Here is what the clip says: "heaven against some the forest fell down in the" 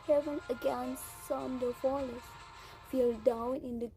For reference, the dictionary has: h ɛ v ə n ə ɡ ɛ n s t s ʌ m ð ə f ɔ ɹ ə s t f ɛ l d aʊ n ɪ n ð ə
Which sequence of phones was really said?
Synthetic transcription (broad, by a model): h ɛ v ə n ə ɡ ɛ n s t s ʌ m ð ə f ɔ l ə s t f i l d aʊ n ɪ n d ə